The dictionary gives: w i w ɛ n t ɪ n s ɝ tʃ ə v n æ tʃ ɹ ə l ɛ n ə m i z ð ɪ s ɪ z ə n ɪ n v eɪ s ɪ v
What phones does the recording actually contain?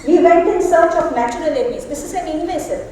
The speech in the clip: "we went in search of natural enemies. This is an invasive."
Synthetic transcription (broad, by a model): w i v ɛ n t ɪ n s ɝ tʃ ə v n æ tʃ ə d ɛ l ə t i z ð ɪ s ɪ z ə n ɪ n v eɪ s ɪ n